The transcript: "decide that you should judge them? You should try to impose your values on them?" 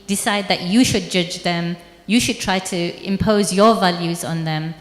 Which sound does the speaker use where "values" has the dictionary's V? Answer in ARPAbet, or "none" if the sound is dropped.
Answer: V